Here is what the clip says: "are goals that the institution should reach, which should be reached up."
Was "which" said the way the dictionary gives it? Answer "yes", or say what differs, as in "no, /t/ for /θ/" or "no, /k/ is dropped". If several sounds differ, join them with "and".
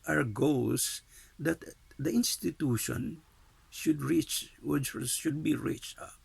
no, /s/ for /tʃ/